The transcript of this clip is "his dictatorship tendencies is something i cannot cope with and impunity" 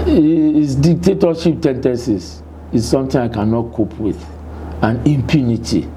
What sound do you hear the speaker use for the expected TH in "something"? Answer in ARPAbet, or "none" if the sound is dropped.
T